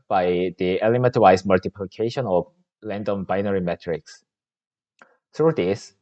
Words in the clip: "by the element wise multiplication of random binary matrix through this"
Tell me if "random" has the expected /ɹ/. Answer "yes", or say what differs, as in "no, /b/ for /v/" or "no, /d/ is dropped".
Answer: no, /l/ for /ɹ/